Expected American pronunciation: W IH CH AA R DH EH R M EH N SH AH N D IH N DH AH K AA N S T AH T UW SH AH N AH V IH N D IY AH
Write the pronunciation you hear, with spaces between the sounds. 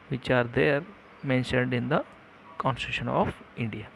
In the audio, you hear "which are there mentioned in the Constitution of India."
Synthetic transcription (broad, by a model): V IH CH AA R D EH R M EH N SH AH N D IH N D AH K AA N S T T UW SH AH N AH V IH N D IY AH